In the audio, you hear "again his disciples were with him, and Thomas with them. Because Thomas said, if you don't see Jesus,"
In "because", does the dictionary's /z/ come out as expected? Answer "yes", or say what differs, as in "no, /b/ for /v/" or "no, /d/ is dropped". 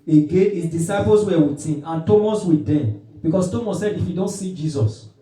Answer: no, /s/ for /z/